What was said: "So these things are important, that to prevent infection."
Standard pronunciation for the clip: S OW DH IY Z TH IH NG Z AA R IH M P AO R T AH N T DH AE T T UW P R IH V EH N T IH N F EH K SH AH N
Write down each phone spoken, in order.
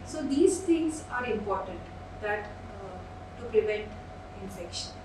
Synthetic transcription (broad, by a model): S OW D IY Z T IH NG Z AA R IH M P AO R T AH N T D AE T T UW P R IH V EH N T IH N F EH K SH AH N